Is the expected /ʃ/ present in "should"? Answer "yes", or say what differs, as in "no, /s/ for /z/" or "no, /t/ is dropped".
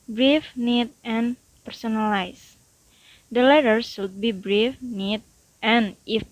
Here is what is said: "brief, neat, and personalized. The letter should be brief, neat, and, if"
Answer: no, /s/ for /ʃ/